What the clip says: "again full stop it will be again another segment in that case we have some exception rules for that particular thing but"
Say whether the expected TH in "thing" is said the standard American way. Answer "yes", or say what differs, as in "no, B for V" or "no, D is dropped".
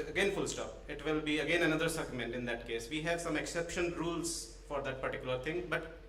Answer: no, T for TH